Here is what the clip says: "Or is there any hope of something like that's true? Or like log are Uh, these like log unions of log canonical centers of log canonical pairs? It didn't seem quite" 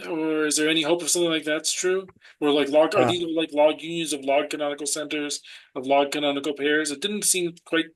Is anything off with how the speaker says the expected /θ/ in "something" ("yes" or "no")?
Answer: no